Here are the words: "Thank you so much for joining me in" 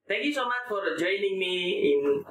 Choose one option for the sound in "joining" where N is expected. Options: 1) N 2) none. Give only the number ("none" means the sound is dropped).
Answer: 1